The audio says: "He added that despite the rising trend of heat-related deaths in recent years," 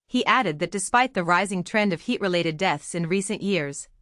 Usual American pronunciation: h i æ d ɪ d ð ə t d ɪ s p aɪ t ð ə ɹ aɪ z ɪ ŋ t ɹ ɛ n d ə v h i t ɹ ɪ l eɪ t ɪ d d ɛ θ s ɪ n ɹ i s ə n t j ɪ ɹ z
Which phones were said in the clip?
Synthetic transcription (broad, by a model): h i æ d ɪ d ð ə t d ɪ s p aɪ t ð ə ɹ aɪ z ɪ ŋ t ɹ ɛ n d ə v h i t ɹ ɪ l eɪ t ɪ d d ɛ θ s ɪ n ɹ i s ə n t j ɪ ɹ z